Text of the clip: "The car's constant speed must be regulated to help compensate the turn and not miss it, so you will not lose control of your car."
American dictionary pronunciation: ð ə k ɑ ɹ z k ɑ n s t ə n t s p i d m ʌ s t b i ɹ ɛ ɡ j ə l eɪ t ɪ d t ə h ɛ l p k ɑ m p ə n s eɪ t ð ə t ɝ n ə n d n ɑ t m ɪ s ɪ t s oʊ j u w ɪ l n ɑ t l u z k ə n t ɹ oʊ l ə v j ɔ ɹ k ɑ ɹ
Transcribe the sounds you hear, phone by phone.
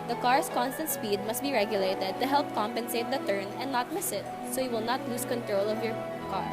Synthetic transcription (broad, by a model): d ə k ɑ ɹ s k ɑ n s t ə n t s p i d m ʌ s t b i ɹ ɛ ɡ j ə l eɪ t ɪ d t ə h ɛ l p k ɑ m p ə n s eɪ t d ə t ɝ n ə n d n ɑ t m ɪ s ɪ t s oʊ j u w ɪ l n ɑ t l u s k ə n t ɹ oʊ l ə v j ɔ ɹ k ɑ ɹ